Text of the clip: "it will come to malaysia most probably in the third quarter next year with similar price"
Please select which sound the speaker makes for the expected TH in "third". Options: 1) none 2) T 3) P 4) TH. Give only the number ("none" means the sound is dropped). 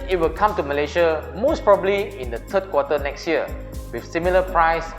2